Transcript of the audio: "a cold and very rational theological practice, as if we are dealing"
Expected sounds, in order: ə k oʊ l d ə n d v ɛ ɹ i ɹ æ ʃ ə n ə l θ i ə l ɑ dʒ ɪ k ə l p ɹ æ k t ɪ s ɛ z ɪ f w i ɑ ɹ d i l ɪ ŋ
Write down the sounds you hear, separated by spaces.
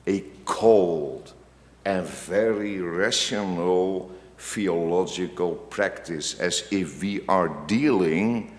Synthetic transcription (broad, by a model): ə k oʊ l d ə n v ɛ ɹ i ɹ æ ʃ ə n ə l f i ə l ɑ dʒ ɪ k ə l p ɹ æ k t ɪ s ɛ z ɪ f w i ɑ ɹ d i l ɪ ŋ